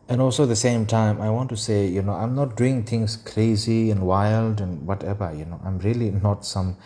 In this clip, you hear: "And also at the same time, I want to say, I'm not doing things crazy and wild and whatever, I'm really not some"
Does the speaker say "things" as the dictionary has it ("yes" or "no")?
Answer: no